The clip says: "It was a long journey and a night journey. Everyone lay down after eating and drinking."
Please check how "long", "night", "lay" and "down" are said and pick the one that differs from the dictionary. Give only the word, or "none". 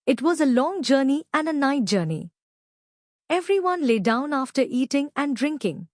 none